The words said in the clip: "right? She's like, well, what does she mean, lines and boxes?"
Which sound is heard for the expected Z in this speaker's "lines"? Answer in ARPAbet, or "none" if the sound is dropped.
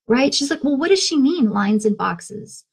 Z